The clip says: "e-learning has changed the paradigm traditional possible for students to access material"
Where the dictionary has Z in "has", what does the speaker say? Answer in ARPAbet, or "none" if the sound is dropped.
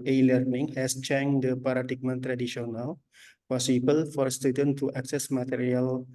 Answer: S